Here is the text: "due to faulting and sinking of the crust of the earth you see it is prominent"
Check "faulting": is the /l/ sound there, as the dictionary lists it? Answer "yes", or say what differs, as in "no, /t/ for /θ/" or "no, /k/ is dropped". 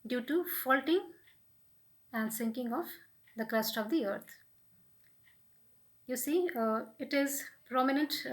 yes